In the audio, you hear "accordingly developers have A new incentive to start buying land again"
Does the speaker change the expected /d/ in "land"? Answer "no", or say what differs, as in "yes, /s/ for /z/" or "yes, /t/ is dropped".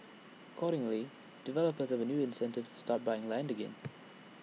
no